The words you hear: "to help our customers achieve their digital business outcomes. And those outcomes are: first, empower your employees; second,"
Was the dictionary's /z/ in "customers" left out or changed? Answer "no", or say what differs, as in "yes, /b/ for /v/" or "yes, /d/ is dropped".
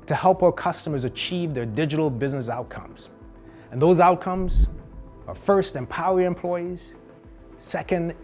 no